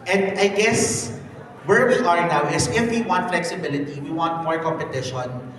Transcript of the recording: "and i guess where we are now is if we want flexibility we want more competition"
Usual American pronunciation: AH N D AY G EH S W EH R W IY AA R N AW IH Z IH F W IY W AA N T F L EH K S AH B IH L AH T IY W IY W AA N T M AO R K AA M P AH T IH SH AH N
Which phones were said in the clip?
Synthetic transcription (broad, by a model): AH N D AY G EH S W EH R W IY AA R N AW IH S IH F W IY W AA N T F L EH K S AH B IH L AH T IY W IY W AA N T M AO R K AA M P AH T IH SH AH N